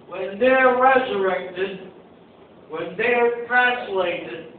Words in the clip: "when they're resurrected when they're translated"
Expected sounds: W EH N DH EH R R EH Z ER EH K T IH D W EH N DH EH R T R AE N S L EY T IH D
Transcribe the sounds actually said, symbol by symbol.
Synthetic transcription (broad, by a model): W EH N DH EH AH R EH Z ER EH K T IH D W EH N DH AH R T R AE N S L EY T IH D